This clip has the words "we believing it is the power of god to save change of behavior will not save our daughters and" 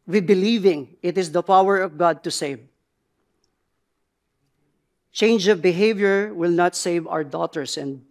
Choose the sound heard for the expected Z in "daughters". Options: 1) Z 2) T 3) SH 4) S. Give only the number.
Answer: 4